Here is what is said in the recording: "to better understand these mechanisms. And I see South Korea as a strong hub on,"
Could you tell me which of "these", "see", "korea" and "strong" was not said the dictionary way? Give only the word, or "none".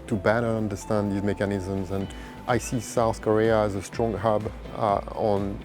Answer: none